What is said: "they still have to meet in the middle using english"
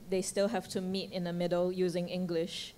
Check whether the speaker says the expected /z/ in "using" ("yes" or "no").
yes